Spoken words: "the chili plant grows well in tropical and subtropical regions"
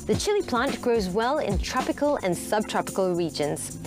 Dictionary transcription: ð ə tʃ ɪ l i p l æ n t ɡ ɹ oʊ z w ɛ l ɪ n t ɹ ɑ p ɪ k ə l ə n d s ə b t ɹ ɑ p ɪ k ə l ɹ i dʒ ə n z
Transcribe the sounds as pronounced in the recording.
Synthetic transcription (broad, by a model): ð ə tʃ ɪ l i p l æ n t ɡ ɹ oʊ z w ɛ l ɪ n t ɹ ɑ p ɪ k ə l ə n s ə b t ɹ ɑ p ɪ k ə l ɹ i dʒ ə n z